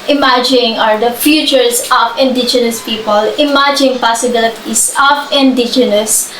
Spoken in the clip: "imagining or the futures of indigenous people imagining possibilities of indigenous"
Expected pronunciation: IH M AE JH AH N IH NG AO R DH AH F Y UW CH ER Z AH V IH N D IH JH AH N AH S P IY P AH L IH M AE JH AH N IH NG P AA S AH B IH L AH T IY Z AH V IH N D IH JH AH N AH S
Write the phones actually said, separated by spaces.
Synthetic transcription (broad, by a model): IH M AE JH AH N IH NG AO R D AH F Y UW CH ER S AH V IH N D IH JH AH N AH S P IY P AH L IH M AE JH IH NG P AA S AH B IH L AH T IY S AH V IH N D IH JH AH N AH S